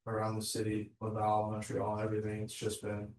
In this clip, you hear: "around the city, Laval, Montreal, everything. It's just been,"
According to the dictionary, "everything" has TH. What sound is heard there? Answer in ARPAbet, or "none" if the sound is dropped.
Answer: TH